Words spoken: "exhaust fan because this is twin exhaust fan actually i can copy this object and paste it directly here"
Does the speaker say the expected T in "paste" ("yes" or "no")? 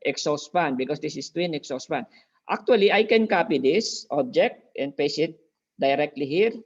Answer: no